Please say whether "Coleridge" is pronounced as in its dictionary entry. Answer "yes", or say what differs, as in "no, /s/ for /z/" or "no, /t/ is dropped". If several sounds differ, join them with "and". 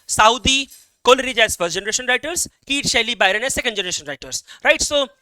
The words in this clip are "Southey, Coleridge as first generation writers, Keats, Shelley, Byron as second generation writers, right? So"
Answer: yes